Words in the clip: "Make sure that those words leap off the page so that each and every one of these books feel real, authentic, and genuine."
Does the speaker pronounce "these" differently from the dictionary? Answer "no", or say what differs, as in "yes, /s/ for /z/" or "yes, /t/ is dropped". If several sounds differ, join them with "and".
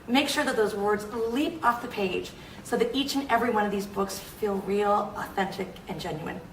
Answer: no